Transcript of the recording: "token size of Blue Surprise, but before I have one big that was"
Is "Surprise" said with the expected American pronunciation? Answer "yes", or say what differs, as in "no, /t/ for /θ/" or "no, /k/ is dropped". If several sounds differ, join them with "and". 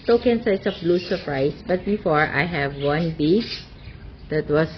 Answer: no, /s/ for /z/